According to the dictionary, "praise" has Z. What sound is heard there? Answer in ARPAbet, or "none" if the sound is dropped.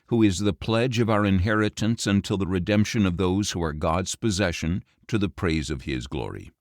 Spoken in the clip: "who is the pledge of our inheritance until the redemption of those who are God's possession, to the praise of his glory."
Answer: Z